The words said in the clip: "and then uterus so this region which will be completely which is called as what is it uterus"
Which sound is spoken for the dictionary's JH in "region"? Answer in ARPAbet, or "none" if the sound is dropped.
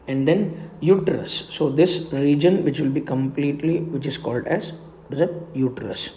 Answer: JH